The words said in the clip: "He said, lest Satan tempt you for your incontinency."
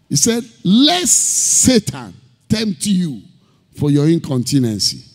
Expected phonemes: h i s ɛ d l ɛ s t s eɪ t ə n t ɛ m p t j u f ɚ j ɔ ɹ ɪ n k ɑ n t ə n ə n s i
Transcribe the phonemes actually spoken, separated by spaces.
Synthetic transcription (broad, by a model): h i s ɛ d l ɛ t s eɪ t ə n t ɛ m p t j u f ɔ j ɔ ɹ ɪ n k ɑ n t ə n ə n s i